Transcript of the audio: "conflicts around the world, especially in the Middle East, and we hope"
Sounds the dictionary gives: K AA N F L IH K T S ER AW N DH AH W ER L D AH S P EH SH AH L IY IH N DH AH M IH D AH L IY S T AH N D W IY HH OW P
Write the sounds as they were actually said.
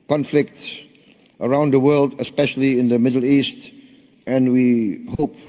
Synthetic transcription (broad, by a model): K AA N F L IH K T S ER AW N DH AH W ER L D AH S P EH SH AH L IY IH N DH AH M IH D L IY S T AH N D W IY HH OW P